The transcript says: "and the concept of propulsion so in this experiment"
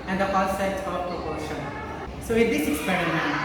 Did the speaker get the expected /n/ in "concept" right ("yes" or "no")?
no